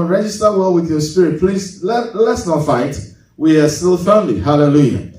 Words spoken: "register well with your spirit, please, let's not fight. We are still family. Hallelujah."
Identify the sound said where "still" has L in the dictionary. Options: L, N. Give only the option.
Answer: L